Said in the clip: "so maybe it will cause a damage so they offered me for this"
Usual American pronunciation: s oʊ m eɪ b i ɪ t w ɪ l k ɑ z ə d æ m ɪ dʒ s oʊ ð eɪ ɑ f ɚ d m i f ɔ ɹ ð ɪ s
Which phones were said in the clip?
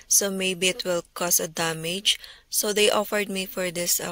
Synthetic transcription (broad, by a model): s oʊ m eɪ b i ɪ t w ɪ l k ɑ s ə d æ m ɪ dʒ s oʊ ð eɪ ɑ f ɚ d m i f ɔ ɹ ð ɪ s